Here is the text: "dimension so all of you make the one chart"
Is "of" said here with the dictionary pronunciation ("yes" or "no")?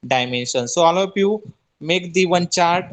no